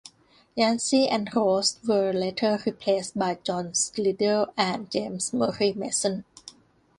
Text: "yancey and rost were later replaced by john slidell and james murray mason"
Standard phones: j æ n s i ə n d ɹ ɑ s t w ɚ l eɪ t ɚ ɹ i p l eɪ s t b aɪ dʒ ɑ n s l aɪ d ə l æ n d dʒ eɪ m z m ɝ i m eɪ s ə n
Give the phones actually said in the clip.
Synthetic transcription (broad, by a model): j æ n s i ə n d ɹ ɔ s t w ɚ l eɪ t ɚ ɹ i p l eɪ s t b aɪ dʒ ɑ n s l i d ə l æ n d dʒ eɪ m s m ɝ i m eɪ s ə n